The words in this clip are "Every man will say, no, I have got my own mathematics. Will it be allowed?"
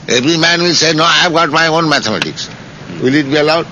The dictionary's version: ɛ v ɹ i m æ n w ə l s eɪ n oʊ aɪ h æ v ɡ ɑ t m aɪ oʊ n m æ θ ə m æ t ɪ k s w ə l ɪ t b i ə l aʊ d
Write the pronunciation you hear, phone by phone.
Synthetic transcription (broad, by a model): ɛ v ɹ i m æ n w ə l s eɪ n oʊ aɪ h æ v ɡ ɑ t m aɪ oʊ n m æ t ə m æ t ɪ k s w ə l ɪ t b i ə l aʊ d